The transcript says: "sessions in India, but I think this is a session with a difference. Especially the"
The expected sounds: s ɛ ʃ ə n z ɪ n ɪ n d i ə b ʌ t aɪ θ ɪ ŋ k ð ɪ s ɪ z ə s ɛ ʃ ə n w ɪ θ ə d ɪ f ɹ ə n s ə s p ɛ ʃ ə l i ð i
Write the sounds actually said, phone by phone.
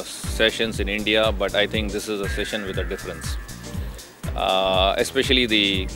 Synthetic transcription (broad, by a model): s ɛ ʃ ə n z ɪ n ɪ n d i ə b ʌ t aɪ t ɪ ŋ k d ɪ s ɪ z ə s ɛ ʃ ə n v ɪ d ə d ɪ f ɹ ə n s ə s p ɛ ʃ ə l i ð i